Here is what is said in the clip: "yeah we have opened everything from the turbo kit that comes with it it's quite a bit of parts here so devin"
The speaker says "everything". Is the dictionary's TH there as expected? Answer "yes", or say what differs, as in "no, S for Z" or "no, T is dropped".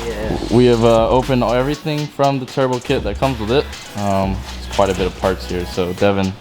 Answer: yes